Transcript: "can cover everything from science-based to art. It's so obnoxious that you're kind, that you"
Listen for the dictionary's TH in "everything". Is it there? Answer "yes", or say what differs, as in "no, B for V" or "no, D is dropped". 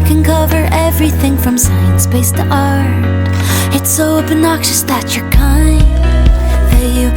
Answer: yes